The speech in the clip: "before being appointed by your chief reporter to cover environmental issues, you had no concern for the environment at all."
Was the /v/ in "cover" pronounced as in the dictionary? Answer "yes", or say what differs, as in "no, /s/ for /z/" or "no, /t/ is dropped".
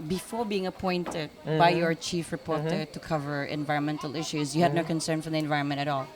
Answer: yes